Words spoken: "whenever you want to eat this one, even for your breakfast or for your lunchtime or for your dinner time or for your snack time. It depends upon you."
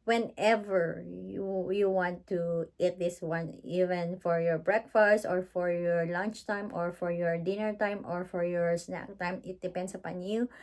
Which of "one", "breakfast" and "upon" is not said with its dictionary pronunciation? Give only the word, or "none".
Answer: none